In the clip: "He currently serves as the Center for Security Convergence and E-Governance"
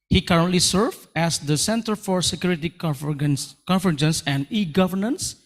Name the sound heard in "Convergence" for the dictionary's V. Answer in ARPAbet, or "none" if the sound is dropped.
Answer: F